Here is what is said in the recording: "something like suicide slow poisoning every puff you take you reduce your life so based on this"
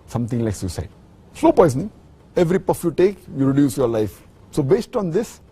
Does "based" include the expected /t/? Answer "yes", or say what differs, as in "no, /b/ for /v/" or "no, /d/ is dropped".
yes